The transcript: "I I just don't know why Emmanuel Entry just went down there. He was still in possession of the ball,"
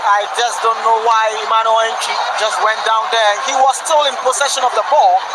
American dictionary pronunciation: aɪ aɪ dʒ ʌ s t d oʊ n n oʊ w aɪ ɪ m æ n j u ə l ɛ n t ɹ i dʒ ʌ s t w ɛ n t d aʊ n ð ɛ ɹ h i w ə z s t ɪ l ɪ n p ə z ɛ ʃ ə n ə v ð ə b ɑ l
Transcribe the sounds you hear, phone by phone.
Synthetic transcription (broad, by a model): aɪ aɪ dʒ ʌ s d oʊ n n oʊ w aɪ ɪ m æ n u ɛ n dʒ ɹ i dʒ ʌ s t w ɛ n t d aʊ n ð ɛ ɹ h i w ə z s t ɪ l ɪ n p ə s ɛ ʃ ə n ə v ð ə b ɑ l